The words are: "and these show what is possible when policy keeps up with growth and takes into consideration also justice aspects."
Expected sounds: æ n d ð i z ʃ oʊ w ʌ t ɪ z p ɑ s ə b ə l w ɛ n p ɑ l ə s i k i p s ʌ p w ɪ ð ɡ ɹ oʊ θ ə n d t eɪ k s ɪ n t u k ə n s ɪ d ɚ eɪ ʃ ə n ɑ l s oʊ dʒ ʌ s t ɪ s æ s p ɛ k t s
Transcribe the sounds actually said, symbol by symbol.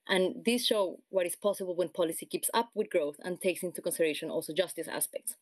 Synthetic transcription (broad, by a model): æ n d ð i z ʃ oʊ w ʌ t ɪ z p ɑ s ə b ə l w ɛ n p ɑ l ə s i k i p s ʌ p w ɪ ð ɡ ɹ oʊ θ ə n t eɪ k s ɪ n t u k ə n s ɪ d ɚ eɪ ʃ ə n ɑ l s oʊ dʒ ʌ s t ɪ s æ s p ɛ k t s